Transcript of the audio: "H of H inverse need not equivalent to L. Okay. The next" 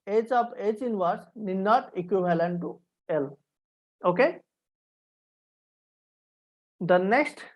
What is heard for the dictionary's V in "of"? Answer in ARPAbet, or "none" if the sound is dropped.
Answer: P